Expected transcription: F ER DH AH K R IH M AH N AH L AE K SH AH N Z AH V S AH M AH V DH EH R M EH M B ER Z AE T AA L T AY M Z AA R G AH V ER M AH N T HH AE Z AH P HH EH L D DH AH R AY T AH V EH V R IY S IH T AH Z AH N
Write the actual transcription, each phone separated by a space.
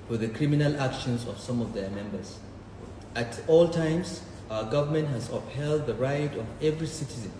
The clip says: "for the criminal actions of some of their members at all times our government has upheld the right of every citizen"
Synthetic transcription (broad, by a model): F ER DH AH K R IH M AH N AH L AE K SH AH N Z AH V S AH M AH V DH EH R M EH M B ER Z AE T AA L T AY M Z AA G AH V ER M AH N T HH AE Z AH P HH EH L D DH AH R AY T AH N EH V R IY S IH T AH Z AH N